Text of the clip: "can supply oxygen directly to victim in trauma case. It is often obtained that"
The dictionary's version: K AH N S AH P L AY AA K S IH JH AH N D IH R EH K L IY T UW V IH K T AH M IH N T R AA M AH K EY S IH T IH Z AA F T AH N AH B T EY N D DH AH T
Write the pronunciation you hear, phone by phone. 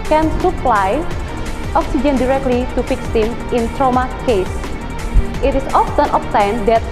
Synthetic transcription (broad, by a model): K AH N S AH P L AY AA K S IH JH AH N D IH R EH K L IY T UW F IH K S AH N IH N T R AA M AH K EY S IH T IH S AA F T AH N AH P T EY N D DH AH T